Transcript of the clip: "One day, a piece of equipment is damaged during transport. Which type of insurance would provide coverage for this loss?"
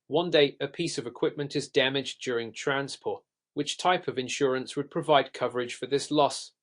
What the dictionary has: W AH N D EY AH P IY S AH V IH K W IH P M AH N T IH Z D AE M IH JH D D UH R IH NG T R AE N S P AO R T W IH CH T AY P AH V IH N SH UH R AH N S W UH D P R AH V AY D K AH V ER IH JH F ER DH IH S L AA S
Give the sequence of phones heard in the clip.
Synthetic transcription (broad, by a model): W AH N D EY AH P IY S AH V IH K W IH P M AH N T IH Z D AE M IH JH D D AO R IH NG T R AE N S P AO R T W IH CH T AY P AH V IH N SH UH R AH N S W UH D P R AH V AY D K AH V ER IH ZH F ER DH IH S L AA S